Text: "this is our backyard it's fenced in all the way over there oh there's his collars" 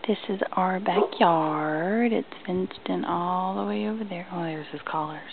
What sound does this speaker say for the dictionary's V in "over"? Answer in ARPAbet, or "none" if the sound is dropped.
V